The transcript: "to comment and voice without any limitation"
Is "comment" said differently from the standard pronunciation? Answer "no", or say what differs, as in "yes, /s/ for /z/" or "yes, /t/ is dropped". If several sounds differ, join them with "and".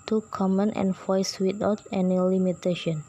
no